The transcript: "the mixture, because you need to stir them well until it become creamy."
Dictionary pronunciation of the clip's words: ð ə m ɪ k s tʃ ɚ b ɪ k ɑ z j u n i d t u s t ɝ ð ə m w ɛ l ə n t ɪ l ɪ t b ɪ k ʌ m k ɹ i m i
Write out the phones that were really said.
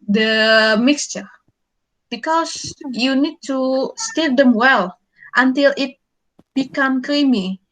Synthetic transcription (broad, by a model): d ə m ɪ k s tʃ ɚ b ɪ k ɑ s j u n i d t u s t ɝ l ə m w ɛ l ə n t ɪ l ɪ t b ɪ k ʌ m k ɹ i m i